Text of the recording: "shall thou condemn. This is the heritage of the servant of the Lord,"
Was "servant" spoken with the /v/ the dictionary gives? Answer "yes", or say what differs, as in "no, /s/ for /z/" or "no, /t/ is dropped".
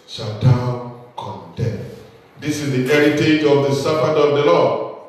no, /p/ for /v/